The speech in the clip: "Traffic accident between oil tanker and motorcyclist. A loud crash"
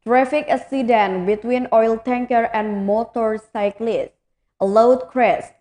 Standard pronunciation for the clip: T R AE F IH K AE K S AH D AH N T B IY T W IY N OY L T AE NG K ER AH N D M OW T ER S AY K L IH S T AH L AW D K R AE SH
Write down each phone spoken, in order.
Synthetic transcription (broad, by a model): T R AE F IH K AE S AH D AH N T B IY T W IY N OY L T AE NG K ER AH N D M OW T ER S AY K L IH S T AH L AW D K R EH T